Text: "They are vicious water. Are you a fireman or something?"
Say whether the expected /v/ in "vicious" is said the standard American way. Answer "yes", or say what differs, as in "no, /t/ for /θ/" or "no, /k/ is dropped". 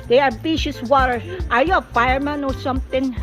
no, /b/ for /v/